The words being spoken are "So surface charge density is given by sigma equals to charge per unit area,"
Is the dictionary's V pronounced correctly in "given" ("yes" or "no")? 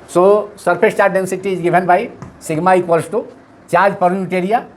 no